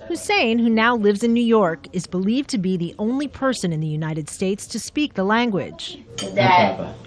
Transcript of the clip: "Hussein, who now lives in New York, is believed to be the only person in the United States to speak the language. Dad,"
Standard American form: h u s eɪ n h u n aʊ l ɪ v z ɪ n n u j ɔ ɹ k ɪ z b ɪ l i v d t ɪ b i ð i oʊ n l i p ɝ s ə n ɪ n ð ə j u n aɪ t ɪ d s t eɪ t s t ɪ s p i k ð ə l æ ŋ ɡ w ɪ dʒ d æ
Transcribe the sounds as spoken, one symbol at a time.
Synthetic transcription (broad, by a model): h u s eɪ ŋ h u n aʊ l ɪ v z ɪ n n u j ɔ ɹ k ɪ z b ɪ l i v t ɪ b i ð i oʊ n l i p ɝ s ə n ɪ n ð ə j u n aɪ t ɪ d s t eɪ t s t ɪ s p i k ð ə l æ ŋ ɡ w ɪ dʒ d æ